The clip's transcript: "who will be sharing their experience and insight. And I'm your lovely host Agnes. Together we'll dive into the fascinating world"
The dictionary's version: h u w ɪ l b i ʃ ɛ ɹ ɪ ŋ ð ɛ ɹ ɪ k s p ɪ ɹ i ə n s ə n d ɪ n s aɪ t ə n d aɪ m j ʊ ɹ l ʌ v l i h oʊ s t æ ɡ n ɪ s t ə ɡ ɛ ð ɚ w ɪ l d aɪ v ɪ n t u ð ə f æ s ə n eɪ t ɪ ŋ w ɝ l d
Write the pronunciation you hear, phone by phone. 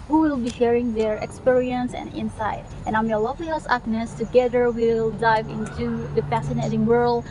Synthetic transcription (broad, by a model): h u w ɪ l b i ʃ ɛ ɹ ɪ ŋ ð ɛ ɹ ɪ k s p ɪ ɹ i ə n s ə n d ɪ n s aɪ t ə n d aɪ m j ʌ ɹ l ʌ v l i h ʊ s æ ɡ n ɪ s t ə ɡ ɛ ð ɚ w ɪ l d aɪ v ɪ n t u ð ə f æ s ə n eɪ t ɪ ŋ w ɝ l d